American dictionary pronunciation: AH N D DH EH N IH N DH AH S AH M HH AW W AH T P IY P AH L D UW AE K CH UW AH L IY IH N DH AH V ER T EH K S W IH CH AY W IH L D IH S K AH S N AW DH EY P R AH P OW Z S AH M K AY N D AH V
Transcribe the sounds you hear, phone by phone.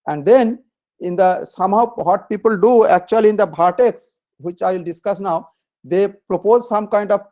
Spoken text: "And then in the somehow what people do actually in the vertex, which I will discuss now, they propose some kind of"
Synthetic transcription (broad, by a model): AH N D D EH N IH N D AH S AH M HH AW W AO T P IY P AH L D UW AE K CH UW AH L IY IH N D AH B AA T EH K S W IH CH AY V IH L D IH S K AH S N AW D EY P R AH P OW Z S AH M K AY N D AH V